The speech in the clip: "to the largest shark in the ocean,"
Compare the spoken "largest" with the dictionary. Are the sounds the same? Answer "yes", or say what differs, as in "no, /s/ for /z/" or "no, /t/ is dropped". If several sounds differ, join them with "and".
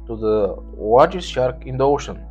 no, /w/ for /l/